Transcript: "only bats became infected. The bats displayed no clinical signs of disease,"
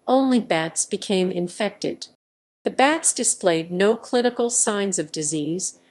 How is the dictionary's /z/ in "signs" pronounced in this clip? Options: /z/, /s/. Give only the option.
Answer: /z/